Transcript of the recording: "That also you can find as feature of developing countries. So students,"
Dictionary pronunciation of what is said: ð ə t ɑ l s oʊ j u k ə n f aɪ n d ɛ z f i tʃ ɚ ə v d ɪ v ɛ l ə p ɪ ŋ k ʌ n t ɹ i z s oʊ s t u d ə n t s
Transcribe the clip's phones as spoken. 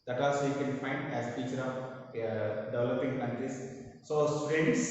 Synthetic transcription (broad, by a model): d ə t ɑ s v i k ə n f aɪ n d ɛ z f i tʃ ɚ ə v d ɪ v ɛ l ə p ɪ ŋ k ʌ n t ɹ i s s oʊ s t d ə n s